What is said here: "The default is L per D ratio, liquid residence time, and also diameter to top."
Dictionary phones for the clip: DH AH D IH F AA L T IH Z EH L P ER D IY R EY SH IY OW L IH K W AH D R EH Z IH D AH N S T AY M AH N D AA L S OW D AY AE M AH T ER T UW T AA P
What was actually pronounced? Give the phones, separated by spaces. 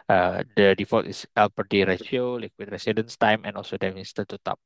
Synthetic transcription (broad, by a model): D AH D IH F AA T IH S EH L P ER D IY R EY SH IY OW L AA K W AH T R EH S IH D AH N S T AY M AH N AA L S OW D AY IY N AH T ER T UW T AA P